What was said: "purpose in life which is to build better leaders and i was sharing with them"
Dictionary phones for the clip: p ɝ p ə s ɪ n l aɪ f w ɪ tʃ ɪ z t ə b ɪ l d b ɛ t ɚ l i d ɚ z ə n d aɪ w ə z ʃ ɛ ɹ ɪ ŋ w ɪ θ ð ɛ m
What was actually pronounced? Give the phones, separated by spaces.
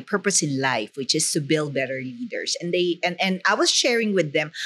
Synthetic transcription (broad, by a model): p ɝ p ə s ɪ n l aɪ f w ɪ tʃ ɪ s t ə b ɪ l d b ɛ t ɚ l i d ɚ s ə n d aɪ w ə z ʃ ɛ ɹ ɪ ŋ w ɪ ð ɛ m